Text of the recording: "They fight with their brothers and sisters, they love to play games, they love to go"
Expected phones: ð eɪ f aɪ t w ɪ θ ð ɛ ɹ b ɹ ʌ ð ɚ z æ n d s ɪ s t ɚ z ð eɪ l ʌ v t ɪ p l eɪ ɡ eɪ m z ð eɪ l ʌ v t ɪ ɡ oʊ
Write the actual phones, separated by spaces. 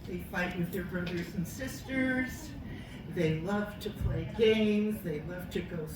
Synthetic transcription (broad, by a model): ð eɪ f aɪ t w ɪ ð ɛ ɹ b ɹ ʌ ð ɚ z n s ɪ s t ɚ z ð eɪ l ʌ v t ɪ p l eɪ ɡ eɪ m z ð eɪ l ʌ v t ɪ ɡ oʊ